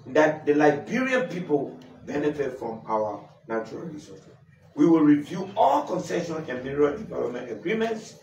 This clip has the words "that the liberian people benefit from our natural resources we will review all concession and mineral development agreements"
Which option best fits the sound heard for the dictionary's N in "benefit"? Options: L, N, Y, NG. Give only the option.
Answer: N